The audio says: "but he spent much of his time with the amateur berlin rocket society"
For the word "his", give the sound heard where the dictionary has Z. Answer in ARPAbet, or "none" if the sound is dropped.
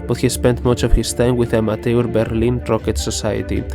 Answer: S